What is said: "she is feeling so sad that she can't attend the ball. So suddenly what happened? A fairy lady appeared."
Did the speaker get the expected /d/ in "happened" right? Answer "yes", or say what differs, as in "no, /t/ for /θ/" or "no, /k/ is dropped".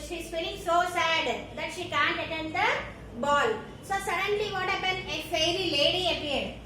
no, /d/ is dropped